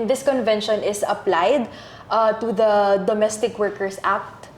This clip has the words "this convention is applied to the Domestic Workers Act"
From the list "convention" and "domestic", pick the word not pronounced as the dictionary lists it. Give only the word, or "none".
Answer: none